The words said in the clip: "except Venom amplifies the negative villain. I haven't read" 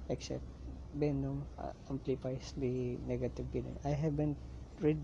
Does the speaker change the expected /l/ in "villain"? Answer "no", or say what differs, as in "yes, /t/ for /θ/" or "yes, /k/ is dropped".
yes, /n/ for /l/